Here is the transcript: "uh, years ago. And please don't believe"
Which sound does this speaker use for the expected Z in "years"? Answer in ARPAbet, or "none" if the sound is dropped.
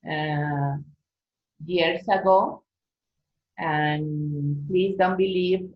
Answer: S